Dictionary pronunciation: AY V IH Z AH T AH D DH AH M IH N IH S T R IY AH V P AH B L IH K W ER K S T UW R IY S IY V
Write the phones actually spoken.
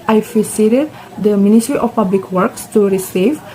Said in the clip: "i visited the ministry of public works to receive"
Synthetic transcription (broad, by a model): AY P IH S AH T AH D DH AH M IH N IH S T R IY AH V P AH B L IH K W ER K S T UW R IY S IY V